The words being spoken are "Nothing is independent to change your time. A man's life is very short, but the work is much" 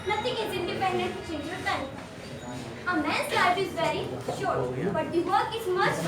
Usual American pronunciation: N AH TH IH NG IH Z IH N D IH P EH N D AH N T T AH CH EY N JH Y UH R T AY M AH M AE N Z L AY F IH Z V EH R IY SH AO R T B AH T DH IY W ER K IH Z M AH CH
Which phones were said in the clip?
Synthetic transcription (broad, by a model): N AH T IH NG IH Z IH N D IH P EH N D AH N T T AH CH EY N JH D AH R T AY AH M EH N S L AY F IH Z V EH R IY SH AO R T B AH T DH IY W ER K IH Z M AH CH